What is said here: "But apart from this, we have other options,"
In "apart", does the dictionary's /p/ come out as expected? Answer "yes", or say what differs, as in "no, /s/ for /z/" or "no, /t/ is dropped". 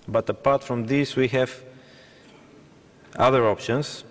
yes